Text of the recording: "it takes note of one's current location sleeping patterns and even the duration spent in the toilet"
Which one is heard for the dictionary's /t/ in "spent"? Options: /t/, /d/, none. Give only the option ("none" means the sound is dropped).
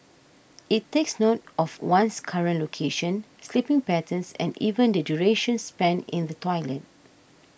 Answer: none